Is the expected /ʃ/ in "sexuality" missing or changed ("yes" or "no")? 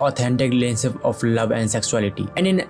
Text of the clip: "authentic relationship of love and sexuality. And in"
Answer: yes